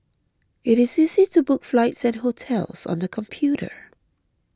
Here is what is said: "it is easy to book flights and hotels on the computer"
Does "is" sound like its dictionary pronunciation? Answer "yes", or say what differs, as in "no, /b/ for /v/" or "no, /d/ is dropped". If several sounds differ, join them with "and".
yes